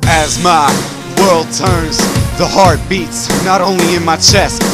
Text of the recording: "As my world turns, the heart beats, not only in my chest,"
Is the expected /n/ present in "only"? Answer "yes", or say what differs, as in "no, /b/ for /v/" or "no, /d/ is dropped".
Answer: yes